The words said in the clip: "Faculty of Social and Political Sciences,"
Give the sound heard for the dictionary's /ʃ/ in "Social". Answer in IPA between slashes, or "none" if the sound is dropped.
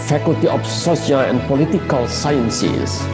/s/